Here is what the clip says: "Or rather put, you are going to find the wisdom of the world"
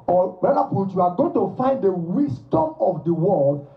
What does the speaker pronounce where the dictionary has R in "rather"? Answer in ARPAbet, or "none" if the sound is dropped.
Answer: W